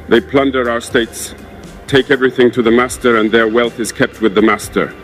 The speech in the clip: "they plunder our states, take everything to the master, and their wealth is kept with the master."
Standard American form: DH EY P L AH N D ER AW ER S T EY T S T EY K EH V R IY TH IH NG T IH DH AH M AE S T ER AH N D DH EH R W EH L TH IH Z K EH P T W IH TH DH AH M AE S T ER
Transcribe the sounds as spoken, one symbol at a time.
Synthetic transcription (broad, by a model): DH EY P L AH N D ER AW ER S T EY T S T EY K EH V R IY TH IH NG T IH DH AH M AE S T ER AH N DH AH R W EH L TH IH Z K EH P T W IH DH AH M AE S T ER